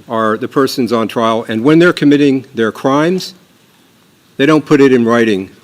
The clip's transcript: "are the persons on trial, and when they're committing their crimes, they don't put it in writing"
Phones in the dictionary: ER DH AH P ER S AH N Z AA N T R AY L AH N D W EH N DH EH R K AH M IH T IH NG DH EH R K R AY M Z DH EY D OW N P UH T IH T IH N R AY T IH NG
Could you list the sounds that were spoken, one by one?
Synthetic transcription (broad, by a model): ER DH AH P ER S AH N Z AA N T R AY L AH N W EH N DH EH R K AH M IH T IH NG DH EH R K R AY M Z DH EY D OW N P UH T IH T IH N R AY T IH NG